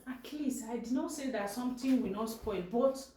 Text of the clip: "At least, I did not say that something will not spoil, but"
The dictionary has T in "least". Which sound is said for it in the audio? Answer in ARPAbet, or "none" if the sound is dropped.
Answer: none